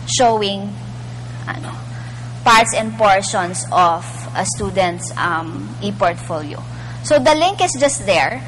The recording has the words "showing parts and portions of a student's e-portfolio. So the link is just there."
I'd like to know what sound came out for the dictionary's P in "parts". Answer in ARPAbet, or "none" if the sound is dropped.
P